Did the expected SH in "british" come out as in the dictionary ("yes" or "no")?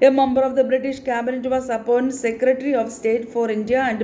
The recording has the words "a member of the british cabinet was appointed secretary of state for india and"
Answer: yes